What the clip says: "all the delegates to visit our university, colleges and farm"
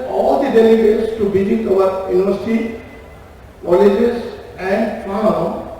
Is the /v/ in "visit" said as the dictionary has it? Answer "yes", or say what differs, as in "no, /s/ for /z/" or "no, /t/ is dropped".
no, /b/ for /v/